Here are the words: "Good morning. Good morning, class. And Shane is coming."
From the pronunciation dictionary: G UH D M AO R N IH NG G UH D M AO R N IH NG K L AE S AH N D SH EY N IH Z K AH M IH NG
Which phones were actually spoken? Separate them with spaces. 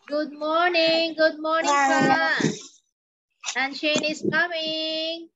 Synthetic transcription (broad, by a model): G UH D M AO R N IH NG G UH D M AO R N IH NG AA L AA AH N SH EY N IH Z K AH M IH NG